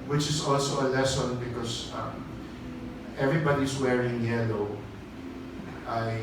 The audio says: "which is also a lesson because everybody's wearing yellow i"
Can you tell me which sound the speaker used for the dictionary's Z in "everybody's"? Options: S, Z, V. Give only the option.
S